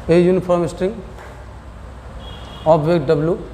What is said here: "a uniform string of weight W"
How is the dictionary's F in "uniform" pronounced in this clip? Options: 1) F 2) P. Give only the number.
2